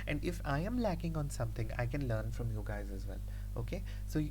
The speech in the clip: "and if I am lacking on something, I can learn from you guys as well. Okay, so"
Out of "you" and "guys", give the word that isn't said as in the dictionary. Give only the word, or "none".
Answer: none